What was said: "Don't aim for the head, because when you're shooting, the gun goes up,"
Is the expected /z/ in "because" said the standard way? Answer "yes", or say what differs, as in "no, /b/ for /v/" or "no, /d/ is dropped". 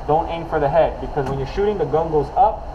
yes